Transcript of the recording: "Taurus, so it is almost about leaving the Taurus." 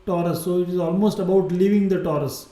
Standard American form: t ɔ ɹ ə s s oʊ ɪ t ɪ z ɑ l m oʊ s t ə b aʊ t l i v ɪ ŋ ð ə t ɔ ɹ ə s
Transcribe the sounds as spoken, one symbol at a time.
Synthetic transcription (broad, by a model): t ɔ ɹ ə s s oʊ ɪ t ɪ z ɑ l m oʊ s t ə b aʊ t l i v ɪ ŋ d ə t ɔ ɹ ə s